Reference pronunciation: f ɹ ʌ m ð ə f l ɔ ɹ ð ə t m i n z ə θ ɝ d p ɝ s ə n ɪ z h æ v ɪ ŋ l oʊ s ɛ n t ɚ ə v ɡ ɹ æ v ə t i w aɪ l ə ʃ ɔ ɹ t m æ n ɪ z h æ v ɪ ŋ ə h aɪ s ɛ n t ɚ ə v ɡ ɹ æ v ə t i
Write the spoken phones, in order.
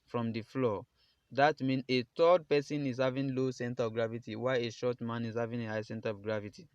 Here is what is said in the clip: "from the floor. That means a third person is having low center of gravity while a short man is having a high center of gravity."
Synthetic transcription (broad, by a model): f ɹ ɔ m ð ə f l ɔ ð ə t m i n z ə t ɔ d p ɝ s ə n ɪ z h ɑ v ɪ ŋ l oʊ s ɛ n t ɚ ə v ɡ ɹ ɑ v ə t i w aɪ ə ʃ ɔ t m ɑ n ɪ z h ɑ v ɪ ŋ ə h aɪ s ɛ n t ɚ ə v ɡ ɹ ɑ v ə t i